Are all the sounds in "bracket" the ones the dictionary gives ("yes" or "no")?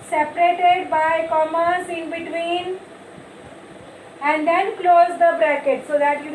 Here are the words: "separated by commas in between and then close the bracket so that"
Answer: yes